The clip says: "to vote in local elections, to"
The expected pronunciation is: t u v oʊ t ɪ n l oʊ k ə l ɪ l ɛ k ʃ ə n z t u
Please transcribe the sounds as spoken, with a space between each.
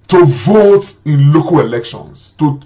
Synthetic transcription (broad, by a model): t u v oʊ t ɪ n l oʊ k ə l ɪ l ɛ k ʃ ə n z t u